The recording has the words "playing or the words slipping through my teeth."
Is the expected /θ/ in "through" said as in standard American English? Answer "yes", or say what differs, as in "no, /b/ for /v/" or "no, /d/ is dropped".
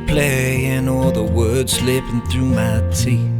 yes